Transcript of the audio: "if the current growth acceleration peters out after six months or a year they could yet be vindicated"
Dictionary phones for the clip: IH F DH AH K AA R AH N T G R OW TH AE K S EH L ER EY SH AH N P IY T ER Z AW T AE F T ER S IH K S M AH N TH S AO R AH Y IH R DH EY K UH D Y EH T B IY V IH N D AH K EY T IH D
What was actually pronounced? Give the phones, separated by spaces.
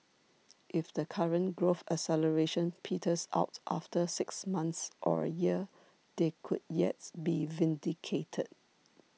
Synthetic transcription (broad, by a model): IH F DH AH K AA R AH N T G R OW F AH S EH L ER EY SH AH N P IY T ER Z AW T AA F T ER S IH K S M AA N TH S AO R AH Y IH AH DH EY K UH D Y EH T B IY V IH N D AH K EY T IH D